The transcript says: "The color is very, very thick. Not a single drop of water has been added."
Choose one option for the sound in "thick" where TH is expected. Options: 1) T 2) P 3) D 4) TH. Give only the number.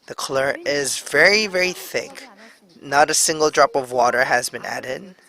4